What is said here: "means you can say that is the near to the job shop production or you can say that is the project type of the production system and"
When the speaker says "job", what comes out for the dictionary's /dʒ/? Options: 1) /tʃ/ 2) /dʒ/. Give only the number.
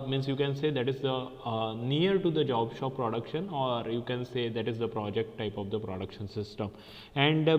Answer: 2